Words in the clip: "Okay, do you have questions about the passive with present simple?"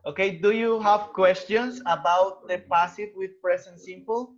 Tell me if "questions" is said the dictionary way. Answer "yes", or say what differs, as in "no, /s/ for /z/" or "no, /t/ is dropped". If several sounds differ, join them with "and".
no, /s/ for /z/